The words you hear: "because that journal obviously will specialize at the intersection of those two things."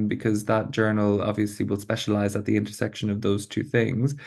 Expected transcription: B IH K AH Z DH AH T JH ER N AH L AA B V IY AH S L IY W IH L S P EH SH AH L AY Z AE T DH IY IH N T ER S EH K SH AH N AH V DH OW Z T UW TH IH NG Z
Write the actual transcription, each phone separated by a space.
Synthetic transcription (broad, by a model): B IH K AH Z DH AH T JH ER N AH L AA B V IY AH S L IY W IH L S P EH SH AH L AY Z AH T DH IY IH N T ER S EH K SH AH N AH V DH OW Z T UW TH IH NG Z